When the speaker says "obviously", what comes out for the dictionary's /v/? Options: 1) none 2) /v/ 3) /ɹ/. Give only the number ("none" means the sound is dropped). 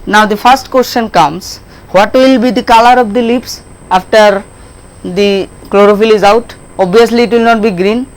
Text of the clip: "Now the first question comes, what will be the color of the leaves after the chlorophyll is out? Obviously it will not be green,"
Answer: 1